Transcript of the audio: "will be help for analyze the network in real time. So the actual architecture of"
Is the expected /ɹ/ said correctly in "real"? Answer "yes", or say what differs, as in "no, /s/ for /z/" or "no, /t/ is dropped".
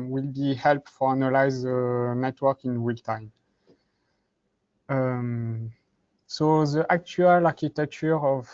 no, /w/ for /ɹ/